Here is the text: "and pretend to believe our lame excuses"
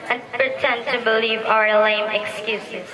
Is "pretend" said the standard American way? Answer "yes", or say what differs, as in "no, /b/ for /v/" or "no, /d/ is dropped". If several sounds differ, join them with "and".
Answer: yes